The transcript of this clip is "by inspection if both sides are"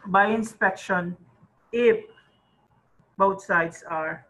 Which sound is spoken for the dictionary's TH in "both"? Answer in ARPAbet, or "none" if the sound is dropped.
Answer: T